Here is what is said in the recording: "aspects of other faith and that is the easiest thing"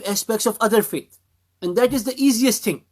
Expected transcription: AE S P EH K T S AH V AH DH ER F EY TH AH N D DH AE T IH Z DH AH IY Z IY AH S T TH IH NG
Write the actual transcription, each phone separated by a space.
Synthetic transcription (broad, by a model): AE S P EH K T S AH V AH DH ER F EY T AH N D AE T IH Z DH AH IY Z IY AH S T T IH NG